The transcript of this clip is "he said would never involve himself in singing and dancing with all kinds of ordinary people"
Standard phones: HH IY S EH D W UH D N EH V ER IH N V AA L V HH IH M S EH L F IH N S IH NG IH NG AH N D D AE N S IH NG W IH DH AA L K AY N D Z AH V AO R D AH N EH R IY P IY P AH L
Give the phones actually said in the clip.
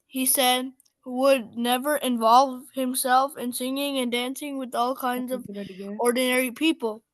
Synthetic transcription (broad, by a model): HH IY S EH D W UH D N EH V ER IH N V AA L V HH IH M S EH L F IH N S IH NG IH NG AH N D D AE N S IH NG W IH DH AA L K AY N D Z AH V AO R D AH N EH R IY P IY P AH L